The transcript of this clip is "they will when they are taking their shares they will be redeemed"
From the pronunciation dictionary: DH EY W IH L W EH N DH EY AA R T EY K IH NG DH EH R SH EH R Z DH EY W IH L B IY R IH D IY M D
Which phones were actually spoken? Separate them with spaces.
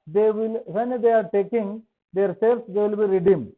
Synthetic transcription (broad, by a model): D EY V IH L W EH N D EY AA R T EY K IH NG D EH R S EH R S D EY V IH L B IY R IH D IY M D